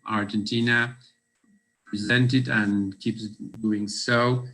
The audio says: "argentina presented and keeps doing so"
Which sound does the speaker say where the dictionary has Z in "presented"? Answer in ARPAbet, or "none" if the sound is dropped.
Z